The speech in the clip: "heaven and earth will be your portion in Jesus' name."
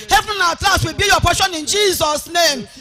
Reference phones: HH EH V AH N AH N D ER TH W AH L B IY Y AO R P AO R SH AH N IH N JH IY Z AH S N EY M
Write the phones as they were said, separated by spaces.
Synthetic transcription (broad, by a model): HH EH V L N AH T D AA S W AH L B IY Y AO P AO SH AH N IH N JH IY Z AH S N EY M